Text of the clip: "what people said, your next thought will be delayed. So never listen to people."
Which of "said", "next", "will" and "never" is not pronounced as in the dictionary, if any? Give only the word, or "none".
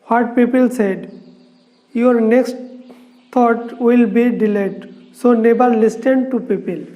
never